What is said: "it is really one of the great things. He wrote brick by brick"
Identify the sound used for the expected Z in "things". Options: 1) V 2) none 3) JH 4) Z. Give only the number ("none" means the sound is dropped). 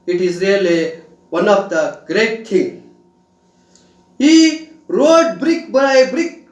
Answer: 2